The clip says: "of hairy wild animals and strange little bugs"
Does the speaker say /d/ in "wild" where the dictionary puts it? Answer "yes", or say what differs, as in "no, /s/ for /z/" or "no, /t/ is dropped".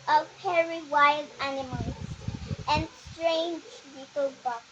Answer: yes